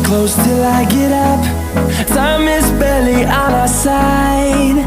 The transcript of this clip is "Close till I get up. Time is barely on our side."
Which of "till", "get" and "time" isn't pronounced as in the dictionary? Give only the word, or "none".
time